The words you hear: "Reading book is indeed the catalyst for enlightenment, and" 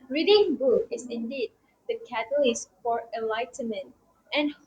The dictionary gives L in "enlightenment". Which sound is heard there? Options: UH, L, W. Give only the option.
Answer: L